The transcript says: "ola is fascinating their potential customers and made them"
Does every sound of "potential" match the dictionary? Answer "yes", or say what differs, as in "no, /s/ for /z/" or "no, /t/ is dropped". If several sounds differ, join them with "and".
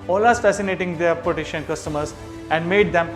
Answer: no, /n/ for /l/